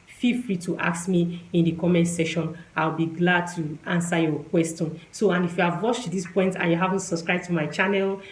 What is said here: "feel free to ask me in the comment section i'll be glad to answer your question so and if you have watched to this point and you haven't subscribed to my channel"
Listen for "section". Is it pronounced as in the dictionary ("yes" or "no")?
no